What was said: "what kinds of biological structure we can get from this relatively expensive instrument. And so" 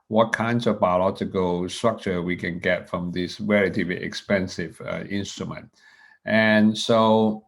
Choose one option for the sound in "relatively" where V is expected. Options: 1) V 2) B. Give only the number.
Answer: 2